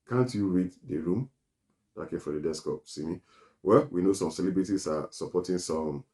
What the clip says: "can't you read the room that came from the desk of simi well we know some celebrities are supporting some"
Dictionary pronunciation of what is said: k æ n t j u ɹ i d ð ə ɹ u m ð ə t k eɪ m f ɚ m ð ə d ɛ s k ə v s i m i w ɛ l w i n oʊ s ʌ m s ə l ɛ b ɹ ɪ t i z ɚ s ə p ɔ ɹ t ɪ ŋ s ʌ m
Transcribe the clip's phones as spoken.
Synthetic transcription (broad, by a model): k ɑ n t j u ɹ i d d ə ɹ u m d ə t k eɪ m f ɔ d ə d ɛ s k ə p s i m i w ɛ l w i n oʊ s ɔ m s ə l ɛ b ɹ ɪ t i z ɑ s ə p ɔ t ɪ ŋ s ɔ m